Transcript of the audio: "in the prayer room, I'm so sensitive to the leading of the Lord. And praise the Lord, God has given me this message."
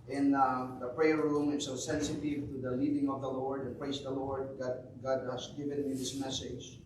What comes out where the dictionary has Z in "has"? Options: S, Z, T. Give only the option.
S